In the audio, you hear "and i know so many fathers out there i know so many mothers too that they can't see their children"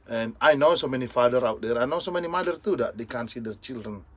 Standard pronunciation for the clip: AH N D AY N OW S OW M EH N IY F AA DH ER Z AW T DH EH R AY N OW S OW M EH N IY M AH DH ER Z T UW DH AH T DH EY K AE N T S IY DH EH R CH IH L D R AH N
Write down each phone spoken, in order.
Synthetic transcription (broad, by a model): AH N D AY N OW S OW M EH N IY F AA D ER AW T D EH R AY N OW S OW M EH N IY M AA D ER T UW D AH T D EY K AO N S IY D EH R CH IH L D R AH N